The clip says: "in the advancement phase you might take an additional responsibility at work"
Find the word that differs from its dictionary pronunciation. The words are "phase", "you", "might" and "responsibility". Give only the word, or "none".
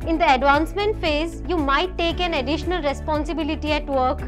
none